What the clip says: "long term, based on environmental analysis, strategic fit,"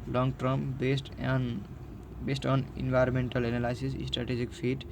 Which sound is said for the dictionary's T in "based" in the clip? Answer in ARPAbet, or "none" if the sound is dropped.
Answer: T